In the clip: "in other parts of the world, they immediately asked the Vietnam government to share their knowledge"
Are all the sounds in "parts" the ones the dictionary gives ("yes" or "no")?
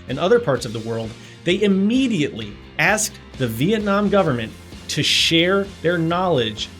yes